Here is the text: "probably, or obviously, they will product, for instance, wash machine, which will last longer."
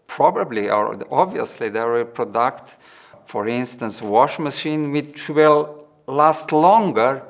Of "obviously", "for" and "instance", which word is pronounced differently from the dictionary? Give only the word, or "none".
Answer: none